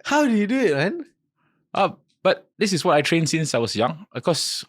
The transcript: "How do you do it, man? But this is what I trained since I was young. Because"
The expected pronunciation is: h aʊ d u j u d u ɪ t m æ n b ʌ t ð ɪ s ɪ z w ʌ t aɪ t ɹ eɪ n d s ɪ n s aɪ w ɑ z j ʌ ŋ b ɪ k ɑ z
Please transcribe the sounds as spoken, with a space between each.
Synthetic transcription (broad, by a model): h aʊ d u j u d u ɪ t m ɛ n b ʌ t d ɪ s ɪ s w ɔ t aɪ t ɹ eɪ n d s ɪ n s aɪ w ɑ s j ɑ ŋ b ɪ k ɑ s